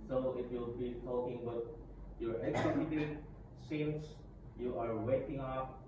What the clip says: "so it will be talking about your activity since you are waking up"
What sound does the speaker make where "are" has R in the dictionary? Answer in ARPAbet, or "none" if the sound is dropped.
R